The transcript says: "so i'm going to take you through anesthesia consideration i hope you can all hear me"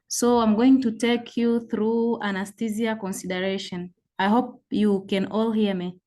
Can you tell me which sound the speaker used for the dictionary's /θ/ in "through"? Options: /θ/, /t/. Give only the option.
/θ/